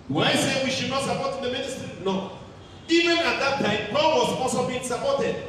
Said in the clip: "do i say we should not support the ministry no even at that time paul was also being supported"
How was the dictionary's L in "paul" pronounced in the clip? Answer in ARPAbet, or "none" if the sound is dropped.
N